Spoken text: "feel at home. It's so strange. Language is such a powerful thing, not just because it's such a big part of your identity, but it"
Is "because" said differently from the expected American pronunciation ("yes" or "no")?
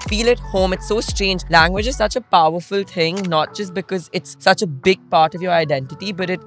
no